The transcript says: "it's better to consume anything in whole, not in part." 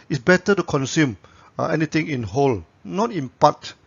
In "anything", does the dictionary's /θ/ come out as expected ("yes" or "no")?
no